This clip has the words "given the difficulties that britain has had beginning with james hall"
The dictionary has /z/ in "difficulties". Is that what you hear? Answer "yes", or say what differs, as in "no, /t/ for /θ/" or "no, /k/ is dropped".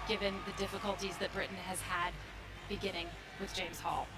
yes